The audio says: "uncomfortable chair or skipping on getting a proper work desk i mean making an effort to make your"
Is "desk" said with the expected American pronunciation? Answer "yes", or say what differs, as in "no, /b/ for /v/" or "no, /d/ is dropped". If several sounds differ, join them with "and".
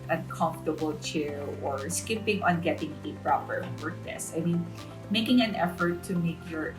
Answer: no, /k/ is dropped